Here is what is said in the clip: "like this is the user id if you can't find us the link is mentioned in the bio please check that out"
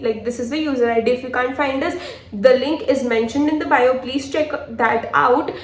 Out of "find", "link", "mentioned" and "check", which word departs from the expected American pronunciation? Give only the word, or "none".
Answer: none